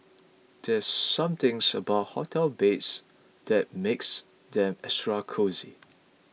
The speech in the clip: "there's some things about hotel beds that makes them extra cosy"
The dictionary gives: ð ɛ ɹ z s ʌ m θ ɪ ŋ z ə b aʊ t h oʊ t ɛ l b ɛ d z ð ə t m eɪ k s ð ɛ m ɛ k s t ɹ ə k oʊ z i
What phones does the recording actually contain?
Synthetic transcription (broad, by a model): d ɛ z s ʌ m t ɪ ŋ s ə b aʊ t h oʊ t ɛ l b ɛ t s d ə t m eɪ k s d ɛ m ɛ s t ɹ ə k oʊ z i